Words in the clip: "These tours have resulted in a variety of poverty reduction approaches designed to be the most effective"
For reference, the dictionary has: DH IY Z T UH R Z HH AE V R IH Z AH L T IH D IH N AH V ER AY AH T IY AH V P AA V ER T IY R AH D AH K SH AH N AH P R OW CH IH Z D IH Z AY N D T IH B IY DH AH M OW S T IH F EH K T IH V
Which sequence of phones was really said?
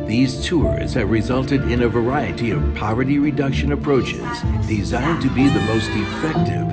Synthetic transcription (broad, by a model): DH IY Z T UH R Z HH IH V R IH Z AH L T IH D IH N AH V ER AY AH T IY AH V P AA V ER T IY R AH D AH K SH AH N AH P R OW CH IH Z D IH Z AY N T IH B IY DH AH M OW S T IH F EH K T IH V